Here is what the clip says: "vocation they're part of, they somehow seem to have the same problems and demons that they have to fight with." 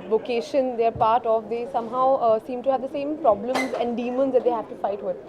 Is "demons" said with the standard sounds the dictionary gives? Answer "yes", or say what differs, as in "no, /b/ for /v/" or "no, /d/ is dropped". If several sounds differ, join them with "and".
yes